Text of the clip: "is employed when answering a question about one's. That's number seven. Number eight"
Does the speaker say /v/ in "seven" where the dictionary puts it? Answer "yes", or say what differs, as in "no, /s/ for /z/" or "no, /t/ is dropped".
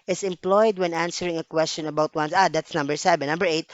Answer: no, /b/ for /v/